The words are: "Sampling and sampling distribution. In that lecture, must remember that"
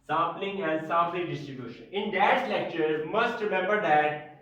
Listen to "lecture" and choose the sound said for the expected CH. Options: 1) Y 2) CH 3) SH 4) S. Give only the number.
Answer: 2